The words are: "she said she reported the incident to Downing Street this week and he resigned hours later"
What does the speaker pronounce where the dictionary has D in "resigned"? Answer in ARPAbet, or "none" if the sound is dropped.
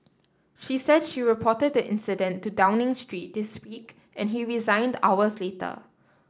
D